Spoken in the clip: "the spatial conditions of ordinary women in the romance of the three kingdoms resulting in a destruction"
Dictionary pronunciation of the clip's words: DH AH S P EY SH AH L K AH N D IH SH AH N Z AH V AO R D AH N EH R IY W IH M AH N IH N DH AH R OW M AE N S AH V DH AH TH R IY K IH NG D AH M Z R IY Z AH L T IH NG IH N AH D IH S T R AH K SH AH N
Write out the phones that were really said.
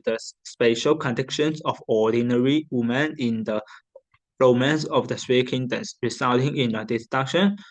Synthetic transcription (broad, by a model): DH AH S P EY SH AH L K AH N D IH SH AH N S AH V AO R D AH N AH R IY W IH M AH N IH N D AH R OW M AE N S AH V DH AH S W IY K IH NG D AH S R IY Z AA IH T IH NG IH N AH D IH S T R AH K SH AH N